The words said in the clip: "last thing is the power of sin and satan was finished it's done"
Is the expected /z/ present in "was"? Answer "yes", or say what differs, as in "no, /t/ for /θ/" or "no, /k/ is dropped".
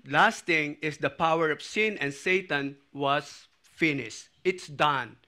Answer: no, /s/ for /z/